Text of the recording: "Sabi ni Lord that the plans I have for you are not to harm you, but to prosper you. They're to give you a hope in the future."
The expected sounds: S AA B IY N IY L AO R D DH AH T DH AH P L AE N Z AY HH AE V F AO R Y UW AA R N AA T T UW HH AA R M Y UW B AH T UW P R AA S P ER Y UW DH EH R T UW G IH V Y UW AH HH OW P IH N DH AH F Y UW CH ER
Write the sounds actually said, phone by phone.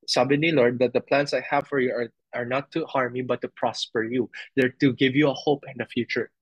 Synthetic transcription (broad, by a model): S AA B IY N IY L AO R D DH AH T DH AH P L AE N S AY HH AE V F AO R Y UW AA R N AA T T UW HH AA R M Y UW B AH T UW P R AA S P ER Y UW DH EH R T UW G IH V Y UW AH HH OW P IH N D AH F Y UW CH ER